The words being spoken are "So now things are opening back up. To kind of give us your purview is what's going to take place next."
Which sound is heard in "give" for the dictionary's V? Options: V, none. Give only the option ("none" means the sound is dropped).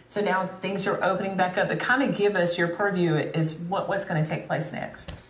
V